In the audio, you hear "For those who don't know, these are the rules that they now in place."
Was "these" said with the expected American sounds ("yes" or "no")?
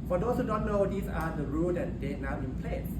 no